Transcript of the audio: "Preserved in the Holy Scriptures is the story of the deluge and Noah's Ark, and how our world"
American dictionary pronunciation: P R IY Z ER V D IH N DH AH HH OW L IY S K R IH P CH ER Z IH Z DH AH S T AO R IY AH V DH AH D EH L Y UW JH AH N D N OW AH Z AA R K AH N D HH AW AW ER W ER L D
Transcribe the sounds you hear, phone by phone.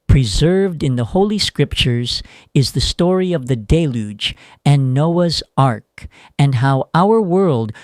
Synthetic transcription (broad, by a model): P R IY Z ER V D IH N DH AH HH OW L IY S K R IH P CH ER Z IH Z DH AH S T AO R IY AH V DH AH D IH L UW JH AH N N OW AH Z AA R K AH N HH AW AW ER W ER L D